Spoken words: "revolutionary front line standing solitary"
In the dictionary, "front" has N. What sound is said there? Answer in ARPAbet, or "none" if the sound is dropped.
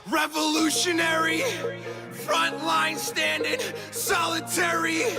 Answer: N